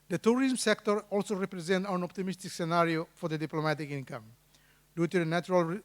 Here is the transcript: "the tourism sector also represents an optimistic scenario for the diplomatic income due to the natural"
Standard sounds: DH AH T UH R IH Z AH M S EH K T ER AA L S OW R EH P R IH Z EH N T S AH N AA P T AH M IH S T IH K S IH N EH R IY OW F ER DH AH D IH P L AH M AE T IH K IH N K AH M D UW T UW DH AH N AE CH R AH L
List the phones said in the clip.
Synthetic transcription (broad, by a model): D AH T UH R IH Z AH M S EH K T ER AA L S OW R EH P R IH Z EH N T AH N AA P T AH M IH S T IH K S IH N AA R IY OW F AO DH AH D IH P L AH M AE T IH K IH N K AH M D UW T UW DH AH N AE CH R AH L